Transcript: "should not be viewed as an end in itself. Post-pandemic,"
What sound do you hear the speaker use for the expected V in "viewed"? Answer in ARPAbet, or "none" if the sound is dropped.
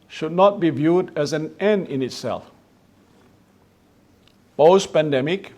V